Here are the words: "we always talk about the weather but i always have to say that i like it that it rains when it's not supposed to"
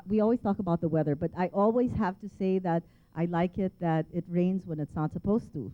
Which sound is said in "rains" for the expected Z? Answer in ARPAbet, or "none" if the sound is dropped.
Z